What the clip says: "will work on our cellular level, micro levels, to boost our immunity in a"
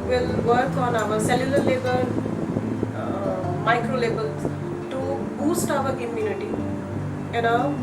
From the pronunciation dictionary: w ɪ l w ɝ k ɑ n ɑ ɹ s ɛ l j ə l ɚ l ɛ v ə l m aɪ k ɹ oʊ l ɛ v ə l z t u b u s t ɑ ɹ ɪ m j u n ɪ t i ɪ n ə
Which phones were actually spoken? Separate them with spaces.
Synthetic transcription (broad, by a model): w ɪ l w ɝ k ɑ n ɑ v s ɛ l j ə l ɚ l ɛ b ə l m aɪ k ɹ oʊ l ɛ b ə l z t u b u s t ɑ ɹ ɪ m j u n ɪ t i ɪ n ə